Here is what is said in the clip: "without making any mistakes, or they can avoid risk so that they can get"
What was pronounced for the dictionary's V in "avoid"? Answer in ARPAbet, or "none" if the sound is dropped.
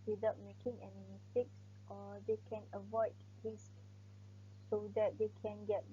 V